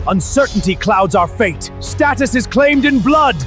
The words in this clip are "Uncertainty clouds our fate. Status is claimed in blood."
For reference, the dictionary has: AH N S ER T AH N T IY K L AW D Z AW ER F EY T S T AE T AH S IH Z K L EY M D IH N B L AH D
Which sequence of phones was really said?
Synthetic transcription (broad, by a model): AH N S ER T N T IY K L AW D Z AW ER F EY T S T AE T AH S IH Z K L EY M D IH N B L AH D